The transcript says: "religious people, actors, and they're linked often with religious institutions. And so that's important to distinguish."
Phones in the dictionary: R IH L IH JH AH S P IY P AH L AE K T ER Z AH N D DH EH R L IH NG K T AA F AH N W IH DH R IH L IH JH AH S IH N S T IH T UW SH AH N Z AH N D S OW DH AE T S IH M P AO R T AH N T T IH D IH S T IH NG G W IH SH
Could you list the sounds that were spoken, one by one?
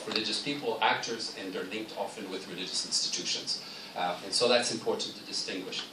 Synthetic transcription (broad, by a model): R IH L IH JH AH S P IY P L AE K T ER Z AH N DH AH R L IH NG K T AA F AH N W IH DH R IH L IH JH AH S IH N S T IH T UW SH AH N Z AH N S OW DH AE T S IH M P AO R T N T T IH D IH S T IH NG G W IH SH